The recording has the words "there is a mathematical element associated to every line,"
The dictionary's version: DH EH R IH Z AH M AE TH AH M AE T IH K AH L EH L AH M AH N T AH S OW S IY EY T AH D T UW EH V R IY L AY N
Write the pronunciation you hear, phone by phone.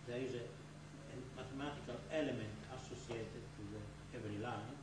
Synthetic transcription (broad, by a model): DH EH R IH Z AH M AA T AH M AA T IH K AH L EH L AH M AH N T AH S OW S IY EY T AH D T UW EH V L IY L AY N